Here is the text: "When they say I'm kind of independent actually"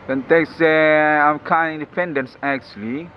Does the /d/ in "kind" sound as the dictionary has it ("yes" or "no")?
no